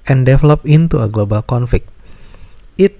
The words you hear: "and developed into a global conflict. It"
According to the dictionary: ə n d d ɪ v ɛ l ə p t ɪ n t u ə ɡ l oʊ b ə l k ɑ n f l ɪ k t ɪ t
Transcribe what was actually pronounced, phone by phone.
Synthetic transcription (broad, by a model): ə n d d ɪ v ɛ l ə p ɪ n t u ə ɡ l oʊ b ə l k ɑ n f l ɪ k t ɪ t